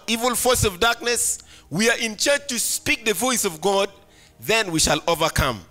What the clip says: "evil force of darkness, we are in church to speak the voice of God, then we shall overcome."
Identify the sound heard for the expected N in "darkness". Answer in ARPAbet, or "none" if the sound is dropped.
N